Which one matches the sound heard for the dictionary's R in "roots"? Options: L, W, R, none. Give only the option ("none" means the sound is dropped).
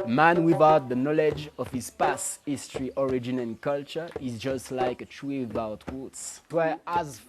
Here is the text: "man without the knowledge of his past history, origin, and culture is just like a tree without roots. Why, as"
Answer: W